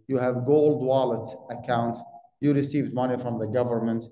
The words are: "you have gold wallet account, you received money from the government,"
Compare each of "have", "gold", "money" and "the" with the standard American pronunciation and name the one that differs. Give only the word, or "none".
none